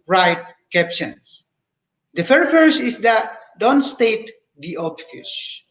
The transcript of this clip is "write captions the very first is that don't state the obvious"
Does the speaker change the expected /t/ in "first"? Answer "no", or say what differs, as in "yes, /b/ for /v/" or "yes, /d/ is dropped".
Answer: yes, /t/ is dropped